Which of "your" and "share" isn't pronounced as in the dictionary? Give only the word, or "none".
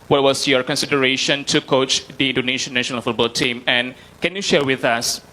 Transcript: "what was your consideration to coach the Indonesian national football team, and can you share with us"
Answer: none